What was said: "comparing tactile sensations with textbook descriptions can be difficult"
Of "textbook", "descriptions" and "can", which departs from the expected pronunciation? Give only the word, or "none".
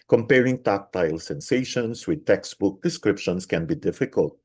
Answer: descriptions